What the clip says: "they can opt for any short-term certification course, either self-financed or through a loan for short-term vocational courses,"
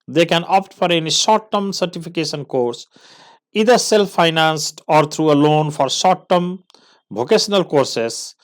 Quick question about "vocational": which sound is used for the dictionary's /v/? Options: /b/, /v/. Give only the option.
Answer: /b/